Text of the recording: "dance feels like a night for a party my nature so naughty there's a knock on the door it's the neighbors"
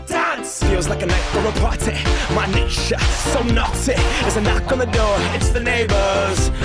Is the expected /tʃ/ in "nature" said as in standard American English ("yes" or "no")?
no